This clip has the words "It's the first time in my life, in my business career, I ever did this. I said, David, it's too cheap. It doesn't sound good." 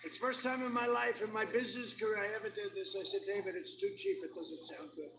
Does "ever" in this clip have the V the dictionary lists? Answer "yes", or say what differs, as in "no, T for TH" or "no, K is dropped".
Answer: yes